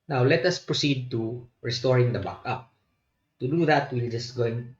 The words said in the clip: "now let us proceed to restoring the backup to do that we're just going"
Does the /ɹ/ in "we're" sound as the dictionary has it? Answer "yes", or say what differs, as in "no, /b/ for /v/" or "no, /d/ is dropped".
no, /l/ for /ɹ/